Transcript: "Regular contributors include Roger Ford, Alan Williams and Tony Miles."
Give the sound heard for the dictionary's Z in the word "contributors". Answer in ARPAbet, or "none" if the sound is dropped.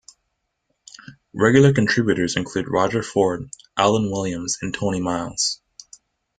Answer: Z